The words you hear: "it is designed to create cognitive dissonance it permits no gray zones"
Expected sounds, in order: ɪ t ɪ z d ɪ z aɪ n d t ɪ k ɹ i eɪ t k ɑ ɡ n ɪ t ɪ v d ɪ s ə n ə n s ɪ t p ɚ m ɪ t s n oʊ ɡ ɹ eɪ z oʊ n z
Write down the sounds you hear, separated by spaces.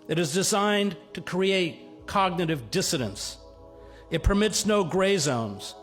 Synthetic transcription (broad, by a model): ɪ t ɪ z d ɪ z aɪ n t ɪ k ɹ i eɪ t k ɑ ɡ n ɪ t ɪ v d ɪ s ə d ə n s ɪ t p ɚ m ɪ t s n oʊ ɡ ɹ eɪ z oʊ n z